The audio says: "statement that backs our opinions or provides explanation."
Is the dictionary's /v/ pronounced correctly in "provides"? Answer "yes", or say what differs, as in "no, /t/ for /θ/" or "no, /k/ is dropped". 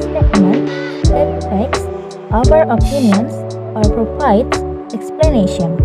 no, /p/ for /v/